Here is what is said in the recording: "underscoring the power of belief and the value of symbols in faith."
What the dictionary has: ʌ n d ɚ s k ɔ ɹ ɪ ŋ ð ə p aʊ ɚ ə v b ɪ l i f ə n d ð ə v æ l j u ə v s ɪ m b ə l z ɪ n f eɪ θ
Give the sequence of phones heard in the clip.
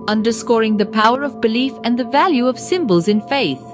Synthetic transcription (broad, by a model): ʌ n d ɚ s k ɔ ɹ ɪ ŋ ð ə p aʊ ɚ ə v b ɪ l i f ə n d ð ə v æ l j u ə v s ɪ m b ə l z ɪ n f eɪ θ